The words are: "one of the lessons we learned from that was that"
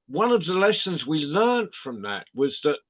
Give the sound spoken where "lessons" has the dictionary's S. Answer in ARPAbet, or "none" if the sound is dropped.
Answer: S